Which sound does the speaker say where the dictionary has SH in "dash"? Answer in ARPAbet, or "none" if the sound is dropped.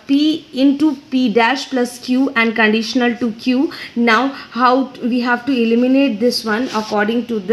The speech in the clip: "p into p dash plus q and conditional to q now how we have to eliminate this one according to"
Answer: SH